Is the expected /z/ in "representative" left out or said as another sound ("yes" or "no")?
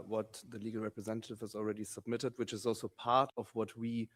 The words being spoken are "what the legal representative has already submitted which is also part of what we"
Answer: no